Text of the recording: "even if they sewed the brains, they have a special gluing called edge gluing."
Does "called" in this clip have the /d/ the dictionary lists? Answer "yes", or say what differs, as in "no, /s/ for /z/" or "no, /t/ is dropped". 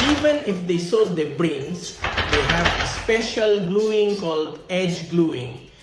yes